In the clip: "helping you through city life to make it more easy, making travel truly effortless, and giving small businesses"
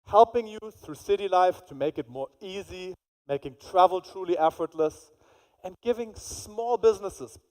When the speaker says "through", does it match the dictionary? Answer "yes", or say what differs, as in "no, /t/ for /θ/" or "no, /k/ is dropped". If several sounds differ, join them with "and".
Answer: yes